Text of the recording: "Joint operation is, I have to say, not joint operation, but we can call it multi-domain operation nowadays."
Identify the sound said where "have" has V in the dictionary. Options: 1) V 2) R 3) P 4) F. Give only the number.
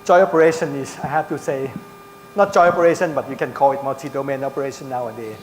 4